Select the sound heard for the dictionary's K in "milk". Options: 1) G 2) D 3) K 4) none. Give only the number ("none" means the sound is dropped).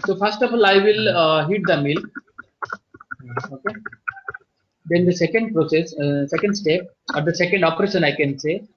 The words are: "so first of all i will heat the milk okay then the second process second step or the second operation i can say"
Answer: 4